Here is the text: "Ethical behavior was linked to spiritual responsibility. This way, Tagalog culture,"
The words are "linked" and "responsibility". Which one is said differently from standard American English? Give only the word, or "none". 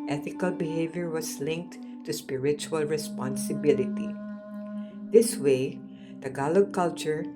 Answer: none